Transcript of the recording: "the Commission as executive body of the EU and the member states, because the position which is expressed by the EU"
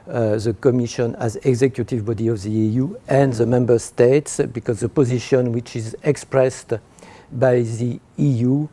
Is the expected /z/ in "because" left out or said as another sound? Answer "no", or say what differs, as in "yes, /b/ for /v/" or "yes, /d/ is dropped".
no